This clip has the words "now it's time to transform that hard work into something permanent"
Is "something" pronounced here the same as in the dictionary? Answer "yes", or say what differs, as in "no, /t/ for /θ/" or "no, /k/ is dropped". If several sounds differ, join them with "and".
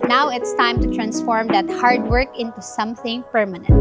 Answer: yes